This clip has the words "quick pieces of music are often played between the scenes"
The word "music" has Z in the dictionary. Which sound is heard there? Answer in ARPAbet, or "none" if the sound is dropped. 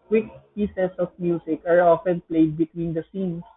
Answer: S